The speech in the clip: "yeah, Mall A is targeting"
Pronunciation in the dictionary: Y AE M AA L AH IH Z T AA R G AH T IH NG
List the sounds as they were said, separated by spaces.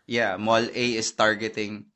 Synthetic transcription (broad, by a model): Y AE M AA L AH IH S T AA R G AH T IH NG